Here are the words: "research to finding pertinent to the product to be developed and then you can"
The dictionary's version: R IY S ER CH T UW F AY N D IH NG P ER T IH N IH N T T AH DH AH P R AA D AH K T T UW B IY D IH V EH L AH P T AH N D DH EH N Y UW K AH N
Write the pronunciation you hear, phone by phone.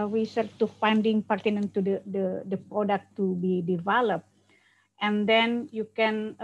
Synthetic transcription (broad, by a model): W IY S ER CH T UW F AY N D IH NG P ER T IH N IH N T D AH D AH P R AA D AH K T T UW B IY D IH V EH L AH P T AH N D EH N Y UW K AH N